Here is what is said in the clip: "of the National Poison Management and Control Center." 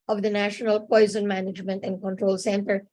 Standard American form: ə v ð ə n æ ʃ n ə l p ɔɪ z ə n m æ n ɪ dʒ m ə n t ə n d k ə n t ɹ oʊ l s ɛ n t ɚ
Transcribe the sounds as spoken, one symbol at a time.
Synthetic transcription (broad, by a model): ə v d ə n æ ʃ n ə l p ɔɪ z ə n m æ n ɪ dʒ m ə n t ə n d k ə n t ɹ oʊ l s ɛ n t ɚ